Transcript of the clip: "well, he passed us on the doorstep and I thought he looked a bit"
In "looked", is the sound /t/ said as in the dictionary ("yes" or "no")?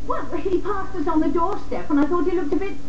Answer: yes